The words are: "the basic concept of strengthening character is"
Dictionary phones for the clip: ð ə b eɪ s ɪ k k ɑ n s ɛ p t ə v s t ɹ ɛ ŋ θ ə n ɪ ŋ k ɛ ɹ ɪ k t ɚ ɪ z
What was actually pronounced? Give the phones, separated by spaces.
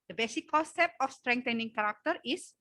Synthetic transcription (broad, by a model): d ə b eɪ s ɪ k k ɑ s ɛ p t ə f s t ɹ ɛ ŋ t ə n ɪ ŋ k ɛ ɹ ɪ k t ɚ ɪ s